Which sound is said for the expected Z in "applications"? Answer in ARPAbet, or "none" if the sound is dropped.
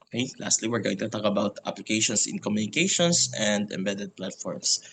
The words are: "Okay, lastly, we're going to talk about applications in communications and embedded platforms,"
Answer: S